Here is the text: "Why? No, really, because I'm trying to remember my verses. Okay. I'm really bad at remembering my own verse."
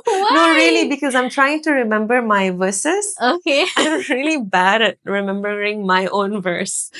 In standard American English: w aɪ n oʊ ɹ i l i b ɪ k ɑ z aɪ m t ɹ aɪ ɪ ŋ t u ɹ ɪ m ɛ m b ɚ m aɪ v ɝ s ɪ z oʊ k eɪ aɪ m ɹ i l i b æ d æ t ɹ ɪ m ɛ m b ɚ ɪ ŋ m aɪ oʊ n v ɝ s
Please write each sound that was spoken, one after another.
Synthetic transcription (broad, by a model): n oʊ ɹ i l i b ɪ k ɑ z aɪ m t ɹ aɪ ɪ ŋ t u ɹ ɪ m ɛ m b ɚ m aɪ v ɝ s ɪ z oʊ k eɪ aɪ m ɹ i l i b æ d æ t ɹ ɪ m ɛ m b ɚ ɪ ŋ m aɪ oʊ n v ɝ s